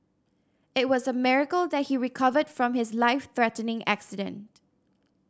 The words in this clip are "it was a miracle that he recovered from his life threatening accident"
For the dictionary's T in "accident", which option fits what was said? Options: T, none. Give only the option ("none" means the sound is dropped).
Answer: T